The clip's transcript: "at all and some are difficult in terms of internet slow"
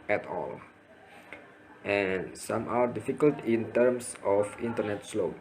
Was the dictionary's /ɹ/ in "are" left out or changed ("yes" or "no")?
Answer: yes